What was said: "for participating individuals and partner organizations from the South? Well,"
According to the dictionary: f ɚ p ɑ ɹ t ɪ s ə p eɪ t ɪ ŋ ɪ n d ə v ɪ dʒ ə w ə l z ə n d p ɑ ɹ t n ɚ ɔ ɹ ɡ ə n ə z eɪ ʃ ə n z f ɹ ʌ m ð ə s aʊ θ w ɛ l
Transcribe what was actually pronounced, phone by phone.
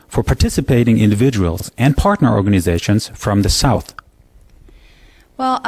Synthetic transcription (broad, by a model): f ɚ p ɑ ɹ t ɪ s ə p eɪ t ɪ ŋ ɪ n d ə v ɪ dʒ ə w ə l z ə n p ɑ ɹ t n ɚ ɔ ɹ ɡ ə n ə z eɪ ʃ ə n z f ɹ ʌ m ð ə s aʊ θ w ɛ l